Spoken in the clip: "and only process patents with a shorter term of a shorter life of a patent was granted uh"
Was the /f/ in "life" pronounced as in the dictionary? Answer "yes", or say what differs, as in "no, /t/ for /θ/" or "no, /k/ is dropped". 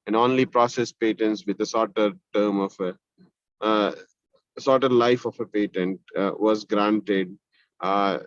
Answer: yes